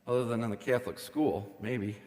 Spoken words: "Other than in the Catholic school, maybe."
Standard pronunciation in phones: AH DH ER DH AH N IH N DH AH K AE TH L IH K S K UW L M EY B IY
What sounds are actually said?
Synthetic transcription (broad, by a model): AH DH ER DH AH N IH N DH AH K AE TH L IH K S K UW L M EY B IY